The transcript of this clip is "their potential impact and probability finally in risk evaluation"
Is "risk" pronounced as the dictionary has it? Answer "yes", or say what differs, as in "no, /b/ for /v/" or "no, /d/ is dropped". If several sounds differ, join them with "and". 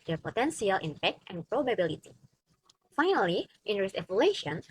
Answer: no, /k/ is dropped